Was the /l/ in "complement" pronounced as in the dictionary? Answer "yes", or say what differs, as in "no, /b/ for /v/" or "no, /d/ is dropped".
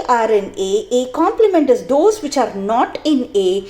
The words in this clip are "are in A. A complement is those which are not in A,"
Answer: yes